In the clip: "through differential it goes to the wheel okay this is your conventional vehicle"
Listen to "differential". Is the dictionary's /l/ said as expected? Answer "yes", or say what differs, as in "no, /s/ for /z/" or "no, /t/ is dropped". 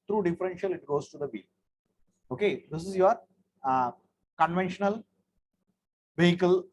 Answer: yes